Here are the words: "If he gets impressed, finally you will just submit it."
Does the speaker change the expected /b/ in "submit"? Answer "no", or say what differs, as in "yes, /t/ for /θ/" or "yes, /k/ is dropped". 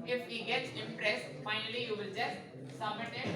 yes, /b/ is dropped